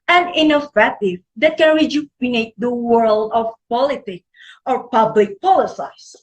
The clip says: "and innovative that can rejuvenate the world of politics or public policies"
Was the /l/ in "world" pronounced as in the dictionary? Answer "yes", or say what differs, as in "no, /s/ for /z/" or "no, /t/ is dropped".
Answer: yes